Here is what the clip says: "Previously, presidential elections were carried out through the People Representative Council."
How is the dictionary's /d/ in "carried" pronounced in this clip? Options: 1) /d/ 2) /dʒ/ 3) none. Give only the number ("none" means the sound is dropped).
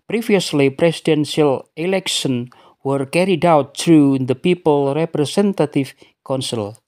1